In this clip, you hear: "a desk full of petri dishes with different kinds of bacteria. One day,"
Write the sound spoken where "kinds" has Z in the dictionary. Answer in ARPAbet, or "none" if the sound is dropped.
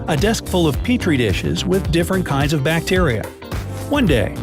Z